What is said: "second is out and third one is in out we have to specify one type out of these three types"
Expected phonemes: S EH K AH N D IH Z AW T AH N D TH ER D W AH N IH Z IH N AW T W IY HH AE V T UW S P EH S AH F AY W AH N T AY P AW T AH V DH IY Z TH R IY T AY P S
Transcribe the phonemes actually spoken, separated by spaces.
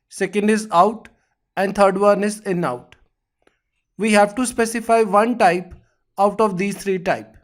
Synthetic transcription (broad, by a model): S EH K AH N D IH Z AW T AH N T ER D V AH N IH S IH N AW T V IY HH AE V T UW S P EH S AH F AY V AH N T AY P AW T AH V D IY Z T R IY T AY P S